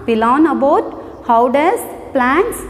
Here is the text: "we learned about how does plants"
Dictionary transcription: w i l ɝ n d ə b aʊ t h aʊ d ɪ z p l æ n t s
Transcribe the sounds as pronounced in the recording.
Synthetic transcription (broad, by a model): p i l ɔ n ə b aʊ t h aʊ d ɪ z p l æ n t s